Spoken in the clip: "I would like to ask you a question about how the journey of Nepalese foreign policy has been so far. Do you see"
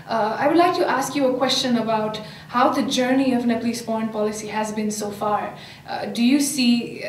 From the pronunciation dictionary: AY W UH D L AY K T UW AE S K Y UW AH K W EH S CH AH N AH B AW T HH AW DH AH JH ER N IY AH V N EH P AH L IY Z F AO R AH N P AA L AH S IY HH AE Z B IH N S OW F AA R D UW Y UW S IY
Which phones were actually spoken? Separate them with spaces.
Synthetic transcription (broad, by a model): AY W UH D L AY K T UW AE S K Y UW AH K W EH S CH AH N AH B AW T HH AW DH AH JH ER N IY AH V N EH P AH L IY S F AO R AH N P AA L AH S IY HH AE Z B IH N S OW F AA R D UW Y UW S IY